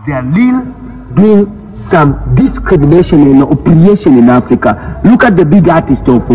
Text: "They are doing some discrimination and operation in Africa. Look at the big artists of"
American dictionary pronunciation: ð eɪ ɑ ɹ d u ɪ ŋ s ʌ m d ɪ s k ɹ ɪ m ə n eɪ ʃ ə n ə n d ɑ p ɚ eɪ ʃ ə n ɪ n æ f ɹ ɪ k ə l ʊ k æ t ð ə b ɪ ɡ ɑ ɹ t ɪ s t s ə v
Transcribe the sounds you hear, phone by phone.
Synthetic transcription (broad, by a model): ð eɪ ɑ l d u ɪ ŋ s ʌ m d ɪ s k ɹ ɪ m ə n eɪ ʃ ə n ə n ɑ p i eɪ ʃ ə n ɪ n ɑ f ɹ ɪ k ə l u k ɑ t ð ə b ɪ ɡ ɑ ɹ t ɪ s t ə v